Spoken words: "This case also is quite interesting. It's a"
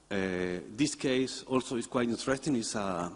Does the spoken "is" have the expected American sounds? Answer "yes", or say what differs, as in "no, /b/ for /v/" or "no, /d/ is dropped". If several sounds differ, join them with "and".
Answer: no, /s/ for /z/